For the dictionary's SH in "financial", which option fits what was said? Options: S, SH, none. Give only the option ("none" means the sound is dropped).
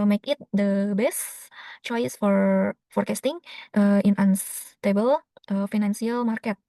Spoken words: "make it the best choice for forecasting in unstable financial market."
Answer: S